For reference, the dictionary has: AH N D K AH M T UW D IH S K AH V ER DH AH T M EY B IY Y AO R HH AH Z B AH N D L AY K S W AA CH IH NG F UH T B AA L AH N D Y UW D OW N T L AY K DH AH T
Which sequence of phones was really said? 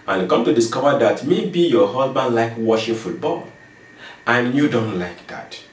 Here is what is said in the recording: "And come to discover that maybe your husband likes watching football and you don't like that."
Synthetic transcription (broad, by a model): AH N K AH M T UW D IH S K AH V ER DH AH T M EY B IY Y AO HH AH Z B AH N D L AY K W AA SH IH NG F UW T B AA L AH N Y UW D OW N T L AY K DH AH T